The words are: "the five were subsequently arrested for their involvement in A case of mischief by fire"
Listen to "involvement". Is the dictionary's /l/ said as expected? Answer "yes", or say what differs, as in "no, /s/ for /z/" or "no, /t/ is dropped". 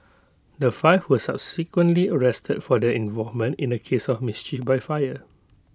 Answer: no, /l/ is dropped